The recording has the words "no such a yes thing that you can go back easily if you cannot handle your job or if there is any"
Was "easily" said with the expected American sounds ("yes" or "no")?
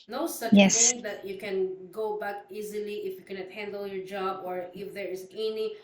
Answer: yes